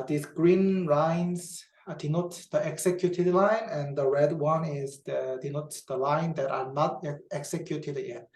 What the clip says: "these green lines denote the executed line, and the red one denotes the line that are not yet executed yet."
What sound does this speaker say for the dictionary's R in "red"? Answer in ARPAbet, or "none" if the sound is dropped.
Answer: R